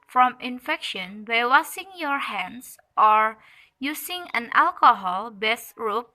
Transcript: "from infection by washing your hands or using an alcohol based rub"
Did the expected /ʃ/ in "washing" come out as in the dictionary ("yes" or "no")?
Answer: no